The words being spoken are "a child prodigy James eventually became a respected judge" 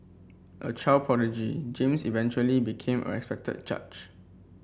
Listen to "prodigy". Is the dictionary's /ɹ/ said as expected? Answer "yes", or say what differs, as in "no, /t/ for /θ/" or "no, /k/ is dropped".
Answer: no, /ɹ/ is dropped